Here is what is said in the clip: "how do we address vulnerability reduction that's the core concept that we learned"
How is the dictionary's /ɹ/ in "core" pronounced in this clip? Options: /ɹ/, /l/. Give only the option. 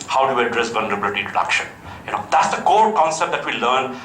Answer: /l/